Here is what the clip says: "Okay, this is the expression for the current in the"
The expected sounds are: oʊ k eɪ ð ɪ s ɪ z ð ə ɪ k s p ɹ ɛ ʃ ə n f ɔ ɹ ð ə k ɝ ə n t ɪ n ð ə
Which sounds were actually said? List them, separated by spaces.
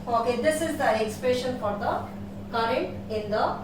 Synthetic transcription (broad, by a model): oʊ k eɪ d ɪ s ɪ z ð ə ɪ k s p ɹ ɛ ʃ ə n f ɔ ɹ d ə k ɝ ə n t ɪ n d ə